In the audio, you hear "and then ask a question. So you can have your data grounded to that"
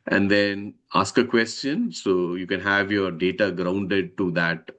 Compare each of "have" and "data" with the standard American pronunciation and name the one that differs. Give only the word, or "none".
none